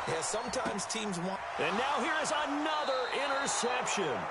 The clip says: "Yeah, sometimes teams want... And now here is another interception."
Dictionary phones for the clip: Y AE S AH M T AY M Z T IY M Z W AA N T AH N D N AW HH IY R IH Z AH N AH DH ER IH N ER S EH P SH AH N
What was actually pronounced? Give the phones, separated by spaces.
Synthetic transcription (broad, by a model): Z S AH M T AY M Z T IY M Z W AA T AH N N AW HH IY R IH Z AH N AH DH ER IH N ER S EH P SH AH N